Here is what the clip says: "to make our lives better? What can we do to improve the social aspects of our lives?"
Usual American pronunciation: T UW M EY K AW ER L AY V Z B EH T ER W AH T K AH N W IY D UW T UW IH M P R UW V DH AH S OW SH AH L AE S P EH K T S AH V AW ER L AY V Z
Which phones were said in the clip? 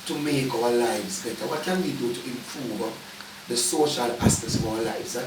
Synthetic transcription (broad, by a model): T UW M EY K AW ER L AY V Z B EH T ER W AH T K AH N W IY D UW T UW IH M P R UW V DH AH S OW SH AH L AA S EH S AH V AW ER L AY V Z